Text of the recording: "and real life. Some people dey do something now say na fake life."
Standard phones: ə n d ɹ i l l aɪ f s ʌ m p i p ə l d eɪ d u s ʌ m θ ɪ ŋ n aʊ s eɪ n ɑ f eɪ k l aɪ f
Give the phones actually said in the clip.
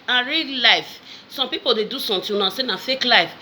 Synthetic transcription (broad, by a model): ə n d ɹ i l l aɪ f s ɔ m p i p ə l d eɪ d u s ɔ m t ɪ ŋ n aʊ s eɪ n ɑ f eɪ k l aɪ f